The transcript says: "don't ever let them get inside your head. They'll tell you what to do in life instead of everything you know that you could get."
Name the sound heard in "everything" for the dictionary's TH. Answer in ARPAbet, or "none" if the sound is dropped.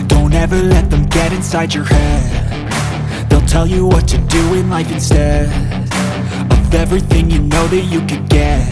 TH